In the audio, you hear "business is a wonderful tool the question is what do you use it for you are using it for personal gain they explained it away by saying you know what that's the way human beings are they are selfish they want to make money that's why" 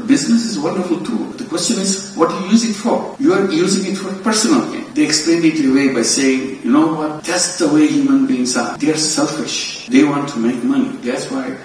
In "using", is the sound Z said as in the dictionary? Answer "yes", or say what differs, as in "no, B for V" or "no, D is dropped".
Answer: yes